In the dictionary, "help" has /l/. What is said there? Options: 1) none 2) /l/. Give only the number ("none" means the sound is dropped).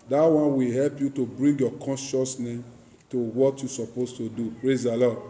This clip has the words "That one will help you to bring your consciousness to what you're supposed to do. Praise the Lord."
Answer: 2